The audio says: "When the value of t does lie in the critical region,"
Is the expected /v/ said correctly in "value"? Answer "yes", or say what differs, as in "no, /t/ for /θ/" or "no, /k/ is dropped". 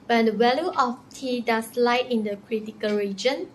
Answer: no, /w/ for /v/